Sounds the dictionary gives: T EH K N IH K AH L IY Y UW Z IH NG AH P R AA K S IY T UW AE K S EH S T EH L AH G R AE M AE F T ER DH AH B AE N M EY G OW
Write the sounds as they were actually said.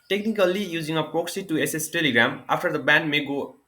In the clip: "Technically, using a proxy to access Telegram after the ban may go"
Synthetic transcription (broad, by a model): T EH K N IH K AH L IY Y UW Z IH NG AH P R AA K S IY T UW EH S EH S T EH L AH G R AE M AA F T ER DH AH B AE N M EY G OW